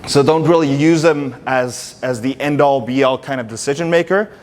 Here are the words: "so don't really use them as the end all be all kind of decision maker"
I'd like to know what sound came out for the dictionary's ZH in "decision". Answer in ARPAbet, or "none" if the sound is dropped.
ZH